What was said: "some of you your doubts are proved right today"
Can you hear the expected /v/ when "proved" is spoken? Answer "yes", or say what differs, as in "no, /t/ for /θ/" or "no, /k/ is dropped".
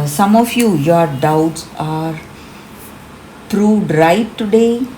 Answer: no, /v/ is dropped